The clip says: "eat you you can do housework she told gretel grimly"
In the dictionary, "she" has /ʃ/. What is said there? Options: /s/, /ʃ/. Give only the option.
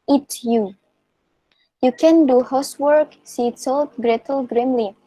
/s/